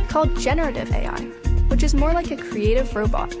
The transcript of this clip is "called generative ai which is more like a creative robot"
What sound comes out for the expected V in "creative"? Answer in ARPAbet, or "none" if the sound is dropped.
V